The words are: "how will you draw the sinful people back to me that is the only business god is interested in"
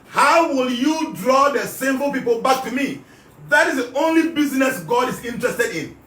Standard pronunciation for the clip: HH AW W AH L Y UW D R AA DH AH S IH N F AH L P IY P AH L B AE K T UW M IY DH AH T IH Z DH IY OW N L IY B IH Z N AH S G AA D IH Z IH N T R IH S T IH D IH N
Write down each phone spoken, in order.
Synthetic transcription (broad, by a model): HH AW W AH L Y UW D R AA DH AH S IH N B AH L P IY P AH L B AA K T UW M IY DH AH T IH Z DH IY OW N L IY B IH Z N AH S G AA D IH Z IH N T R IH S T IH D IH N